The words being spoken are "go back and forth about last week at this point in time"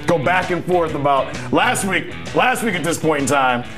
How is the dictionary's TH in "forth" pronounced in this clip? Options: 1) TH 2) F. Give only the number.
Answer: 1